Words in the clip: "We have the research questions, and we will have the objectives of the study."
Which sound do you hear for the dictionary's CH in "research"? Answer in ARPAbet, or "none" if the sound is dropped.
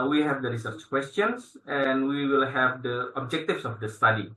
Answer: CH